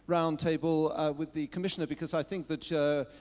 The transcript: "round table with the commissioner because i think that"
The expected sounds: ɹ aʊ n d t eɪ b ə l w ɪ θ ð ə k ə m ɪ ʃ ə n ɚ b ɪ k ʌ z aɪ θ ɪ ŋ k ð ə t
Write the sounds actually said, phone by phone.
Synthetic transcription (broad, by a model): ɹ aʊ n t eɪ b ə l w ɪ ð ə k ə m ɪ ʃ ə n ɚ b ɪ k ʌ z aɪ θ ɪ ŋ k ð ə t